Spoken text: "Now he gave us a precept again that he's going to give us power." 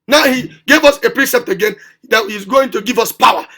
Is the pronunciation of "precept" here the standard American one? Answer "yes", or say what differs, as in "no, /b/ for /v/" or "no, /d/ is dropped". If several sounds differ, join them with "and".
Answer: yes